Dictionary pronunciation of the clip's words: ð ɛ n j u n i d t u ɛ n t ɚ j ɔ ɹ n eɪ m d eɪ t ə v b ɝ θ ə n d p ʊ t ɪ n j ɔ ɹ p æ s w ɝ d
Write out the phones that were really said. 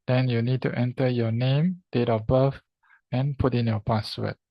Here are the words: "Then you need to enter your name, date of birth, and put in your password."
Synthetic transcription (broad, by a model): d ɛ n j u n i d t u ɛ n t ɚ j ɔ n eɪ m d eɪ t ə b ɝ f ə n p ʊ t ɪ n j ɔ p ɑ s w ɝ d